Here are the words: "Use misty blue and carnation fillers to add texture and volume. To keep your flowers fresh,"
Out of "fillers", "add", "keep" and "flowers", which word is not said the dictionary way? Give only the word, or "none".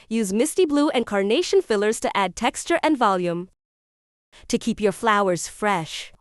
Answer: none